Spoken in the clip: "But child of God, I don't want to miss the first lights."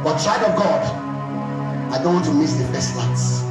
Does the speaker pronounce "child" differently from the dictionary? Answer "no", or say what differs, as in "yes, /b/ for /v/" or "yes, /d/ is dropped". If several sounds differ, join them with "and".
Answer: yes, /l/ is dropped